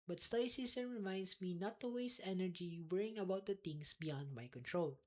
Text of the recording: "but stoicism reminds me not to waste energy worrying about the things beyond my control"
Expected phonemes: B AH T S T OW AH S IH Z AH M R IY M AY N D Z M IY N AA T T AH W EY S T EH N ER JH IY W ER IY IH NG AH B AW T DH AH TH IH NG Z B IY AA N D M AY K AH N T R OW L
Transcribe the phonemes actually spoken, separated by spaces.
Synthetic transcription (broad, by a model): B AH T S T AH S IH S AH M R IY M AY N D S M IY N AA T T AH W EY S EH N ER JH IY W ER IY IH NG AH B AW T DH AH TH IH NG S B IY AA N D M AY K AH N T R OW L